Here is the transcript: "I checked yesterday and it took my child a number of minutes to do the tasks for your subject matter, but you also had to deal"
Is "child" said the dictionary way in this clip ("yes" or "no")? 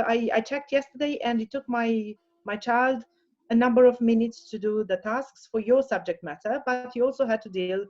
yes